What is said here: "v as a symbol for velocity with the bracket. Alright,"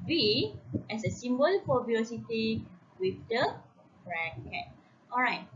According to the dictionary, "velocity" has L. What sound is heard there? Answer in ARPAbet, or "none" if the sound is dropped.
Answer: none